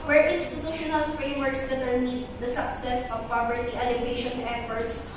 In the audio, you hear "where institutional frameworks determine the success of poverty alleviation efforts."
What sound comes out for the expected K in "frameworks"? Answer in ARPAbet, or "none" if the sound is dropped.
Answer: none